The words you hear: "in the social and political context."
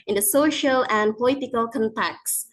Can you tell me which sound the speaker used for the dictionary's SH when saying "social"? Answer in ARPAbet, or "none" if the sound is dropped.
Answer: SH